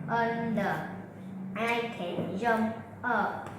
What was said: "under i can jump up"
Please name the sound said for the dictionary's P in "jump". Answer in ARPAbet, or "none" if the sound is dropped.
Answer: none